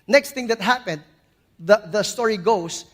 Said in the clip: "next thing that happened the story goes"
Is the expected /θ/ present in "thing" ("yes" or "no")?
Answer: no